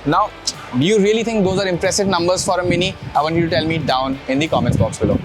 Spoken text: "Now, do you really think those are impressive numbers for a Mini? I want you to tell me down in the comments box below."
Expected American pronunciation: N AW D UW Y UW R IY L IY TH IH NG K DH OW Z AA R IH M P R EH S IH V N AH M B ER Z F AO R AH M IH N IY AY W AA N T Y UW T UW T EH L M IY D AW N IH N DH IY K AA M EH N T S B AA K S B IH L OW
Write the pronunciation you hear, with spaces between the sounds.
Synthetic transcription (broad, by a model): N AW D UW Y UW R IY L IY T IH NG K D OW Z AA R IH M P R EH S IH V N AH M B ER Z F AO R AH M IH N IY AY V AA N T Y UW T UW T EH L M IY D AW N IH N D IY K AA M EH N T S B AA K S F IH L OW